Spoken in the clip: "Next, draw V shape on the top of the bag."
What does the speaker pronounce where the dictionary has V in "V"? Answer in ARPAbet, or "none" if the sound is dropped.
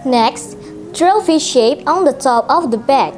F